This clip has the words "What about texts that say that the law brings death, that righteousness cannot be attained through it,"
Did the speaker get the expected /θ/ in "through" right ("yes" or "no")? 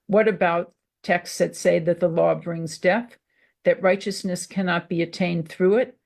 yes